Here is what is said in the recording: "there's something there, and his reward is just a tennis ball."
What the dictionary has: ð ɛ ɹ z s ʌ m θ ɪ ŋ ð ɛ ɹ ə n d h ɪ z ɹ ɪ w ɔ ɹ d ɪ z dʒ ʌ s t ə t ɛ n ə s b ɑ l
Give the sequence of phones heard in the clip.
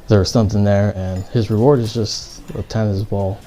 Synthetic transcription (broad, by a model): ð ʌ ɹ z s ʌ m θ ɪ ŋ ð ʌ ɹ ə n h ɪ z ɹ ɪ w ɔ ɹ d ɪ z dʒ ʌ s t ə t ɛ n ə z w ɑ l